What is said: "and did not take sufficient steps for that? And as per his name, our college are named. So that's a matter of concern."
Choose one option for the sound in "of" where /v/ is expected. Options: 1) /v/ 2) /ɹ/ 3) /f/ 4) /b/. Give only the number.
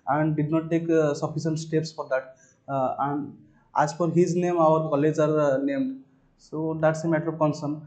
4